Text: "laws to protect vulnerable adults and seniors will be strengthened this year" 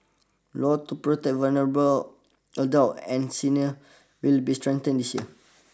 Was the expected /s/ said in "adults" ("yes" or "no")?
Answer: no